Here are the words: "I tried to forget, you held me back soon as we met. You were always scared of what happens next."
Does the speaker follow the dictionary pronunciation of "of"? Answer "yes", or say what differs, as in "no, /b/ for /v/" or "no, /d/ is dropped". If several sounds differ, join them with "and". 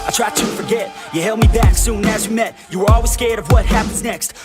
yes